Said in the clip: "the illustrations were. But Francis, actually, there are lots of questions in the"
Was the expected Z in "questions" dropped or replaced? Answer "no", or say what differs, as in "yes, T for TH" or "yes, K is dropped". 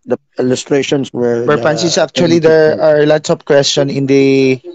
yes, Z is dropped